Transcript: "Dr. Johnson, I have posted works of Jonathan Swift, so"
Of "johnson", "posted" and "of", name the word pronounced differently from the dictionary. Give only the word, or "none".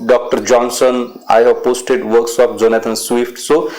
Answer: of